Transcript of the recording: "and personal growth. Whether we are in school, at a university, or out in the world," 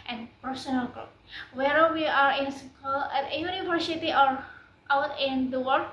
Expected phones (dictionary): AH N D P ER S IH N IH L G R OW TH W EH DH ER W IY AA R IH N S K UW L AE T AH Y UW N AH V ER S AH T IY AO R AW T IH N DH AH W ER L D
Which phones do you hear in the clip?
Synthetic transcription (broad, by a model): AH N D F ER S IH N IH L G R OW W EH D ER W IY AA R IH N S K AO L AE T AH Y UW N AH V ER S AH T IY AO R AW T IH N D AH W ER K